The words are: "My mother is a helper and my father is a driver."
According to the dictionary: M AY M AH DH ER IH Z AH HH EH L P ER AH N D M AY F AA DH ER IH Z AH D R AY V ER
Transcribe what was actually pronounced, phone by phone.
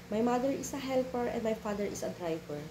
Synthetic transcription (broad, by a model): M AY M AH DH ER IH S AH HH EH L P ER AH N D M AY F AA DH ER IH S AH D R AY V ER